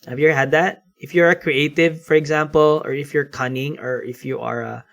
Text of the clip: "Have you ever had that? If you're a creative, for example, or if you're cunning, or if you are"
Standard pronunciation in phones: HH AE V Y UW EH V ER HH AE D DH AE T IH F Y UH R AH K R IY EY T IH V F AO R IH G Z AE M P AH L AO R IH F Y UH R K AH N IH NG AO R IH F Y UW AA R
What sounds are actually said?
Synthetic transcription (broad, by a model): HH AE V Y UW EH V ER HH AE D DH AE T IH F Y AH R AH K R IY EY T IH V F AO R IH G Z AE M P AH L AO R IH F Y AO R K AH N IH NG AO R IH F Y UW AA R